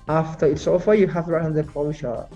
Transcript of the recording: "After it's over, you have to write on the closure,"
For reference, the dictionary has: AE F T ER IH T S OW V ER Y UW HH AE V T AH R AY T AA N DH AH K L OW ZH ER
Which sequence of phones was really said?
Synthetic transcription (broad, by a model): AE F T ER IH T S OW F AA Y UW HH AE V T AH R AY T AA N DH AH K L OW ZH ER